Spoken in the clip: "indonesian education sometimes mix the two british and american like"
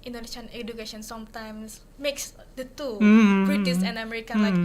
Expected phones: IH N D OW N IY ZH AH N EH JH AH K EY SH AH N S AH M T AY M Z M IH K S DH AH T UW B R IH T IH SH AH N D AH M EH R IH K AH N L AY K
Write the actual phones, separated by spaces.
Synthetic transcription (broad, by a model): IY N D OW N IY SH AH N EH JH AH K EY SH AH N S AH M T AY M S M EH K S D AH T UW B R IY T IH S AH N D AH M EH R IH K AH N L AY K